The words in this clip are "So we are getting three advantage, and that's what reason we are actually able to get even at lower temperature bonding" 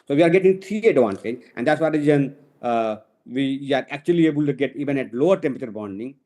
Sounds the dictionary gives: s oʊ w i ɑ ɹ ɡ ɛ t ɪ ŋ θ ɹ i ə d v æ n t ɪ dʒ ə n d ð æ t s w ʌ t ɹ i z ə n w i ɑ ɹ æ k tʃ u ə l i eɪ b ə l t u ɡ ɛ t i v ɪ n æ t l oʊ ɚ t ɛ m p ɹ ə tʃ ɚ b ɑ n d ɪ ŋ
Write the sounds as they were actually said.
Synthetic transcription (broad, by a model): s oʊ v i ɑ ɹ ɡ ɛ t ɪ ŋ t ɹ i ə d v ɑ n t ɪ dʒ ə n d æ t s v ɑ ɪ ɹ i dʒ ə n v i ɑ ɹ æ k tʃ u ə l i eɪ b ə l t u ɡ ɛ t i v ɪ n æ t l oʊ ɚ t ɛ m p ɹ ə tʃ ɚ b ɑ n d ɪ ŋ